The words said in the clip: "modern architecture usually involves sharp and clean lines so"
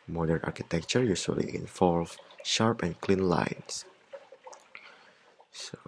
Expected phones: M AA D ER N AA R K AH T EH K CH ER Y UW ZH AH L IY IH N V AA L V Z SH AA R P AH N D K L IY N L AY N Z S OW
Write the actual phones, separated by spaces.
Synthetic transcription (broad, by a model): M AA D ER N AA R K AH T EH K CH ER Y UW S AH L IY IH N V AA L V SH AA R P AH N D K L IY N L AY N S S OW